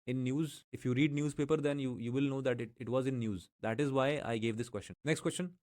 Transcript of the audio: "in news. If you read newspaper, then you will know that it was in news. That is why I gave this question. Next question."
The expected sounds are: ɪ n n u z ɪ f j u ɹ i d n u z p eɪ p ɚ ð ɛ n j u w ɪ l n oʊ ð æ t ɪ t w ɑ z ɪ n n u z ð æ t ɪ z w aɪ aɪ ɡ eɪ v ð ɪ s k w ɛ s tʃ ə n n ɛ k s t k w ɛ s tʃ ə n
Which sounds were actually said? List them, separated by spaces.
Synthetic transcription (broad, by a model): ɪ n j u z ɪ f j u ɹ i d n u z p eɪ p ɚ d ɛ n j u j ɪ l n oʊ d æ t ɪ t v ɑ z ɪ n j u z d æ t ɪ z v aɪ aɪ ɡ eɪ v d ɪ s k w ɛ s tʃ ə n n ɛ k s t k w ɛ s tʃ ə n